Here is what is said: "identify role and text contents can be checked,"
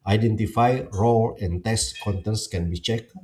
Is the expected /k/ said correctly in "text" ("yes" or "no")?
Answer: no